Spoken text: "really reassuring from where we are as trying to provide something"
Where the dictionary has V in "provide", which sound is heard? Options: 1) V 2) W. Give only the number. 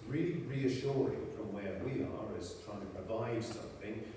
1